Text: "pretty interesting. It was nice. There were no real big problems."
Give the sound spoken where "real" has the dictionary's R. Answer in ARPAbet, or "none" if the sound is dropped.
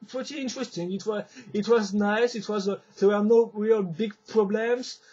R